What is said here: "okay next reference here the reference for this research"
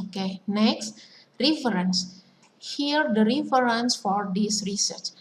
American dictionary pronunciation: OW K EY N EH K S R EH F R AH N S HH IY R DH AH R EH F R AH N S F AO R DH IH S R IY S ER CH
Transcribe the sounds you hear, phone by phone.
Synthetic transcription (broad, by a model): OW K EY N EH K S R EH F R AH N S HH IY R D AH R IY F R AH N S F AO R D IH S R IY S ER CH